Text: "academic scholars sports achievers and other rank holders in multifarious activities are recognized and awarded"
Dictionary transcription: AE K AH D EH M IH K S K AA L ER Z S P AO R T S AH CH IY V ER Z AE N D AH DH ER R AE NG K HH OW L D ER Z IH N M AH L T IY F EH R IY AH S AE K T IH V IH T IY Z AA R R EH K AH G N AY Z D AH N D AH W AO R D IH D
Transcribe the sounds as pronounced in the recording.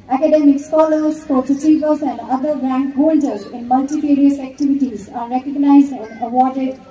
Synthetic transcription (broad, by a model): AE K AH D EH M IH K S K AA L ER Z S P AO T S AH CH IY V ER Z AE N D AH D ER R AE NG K HH OW L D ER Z IH N M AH L T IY P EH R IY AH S AE K T IH V IH T IY Z AA R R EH K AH G N AY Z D AH N D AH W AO R D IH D